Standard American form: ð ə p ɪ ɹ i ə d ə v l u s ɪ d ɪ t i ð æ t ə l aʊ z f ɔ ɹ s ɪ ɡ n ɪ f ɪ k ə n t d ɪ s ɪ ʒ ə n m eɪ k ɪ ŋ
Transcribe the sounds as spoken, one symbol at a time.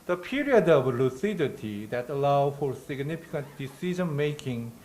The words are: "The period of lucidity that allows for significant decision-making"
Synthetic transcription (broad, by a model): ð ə p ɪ ɹ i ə d ə v l u s ɪ d ɪ t i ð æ t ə l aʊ f ɔ ɹ s ɪ ɡ n ɪ f ɪ k ə n t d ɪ s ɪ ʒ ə n m eɪ k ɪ ŋ